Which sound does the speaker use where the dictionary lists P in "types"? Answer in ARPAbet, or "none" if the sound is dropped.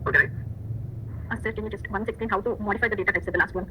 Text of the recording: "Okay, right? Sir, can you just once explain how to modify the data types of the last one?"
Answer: none